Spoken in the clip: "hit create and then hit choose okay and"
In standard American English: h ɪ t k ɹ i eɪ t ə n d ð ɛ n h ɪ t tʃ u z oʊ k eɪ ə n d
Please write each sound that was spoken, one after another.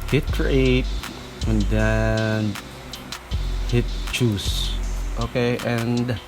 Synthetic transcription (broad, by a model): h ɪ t k ɹ i eɪ t ə n d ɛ n h ɪ t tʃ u s oʊ k eɪ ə n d